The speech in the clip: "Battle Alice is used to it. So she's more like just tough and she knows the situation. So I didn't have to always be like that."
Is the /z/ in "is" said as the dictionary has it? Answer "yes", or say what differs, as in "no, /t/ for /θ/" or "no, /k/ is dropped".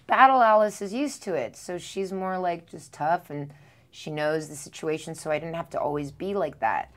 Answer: yes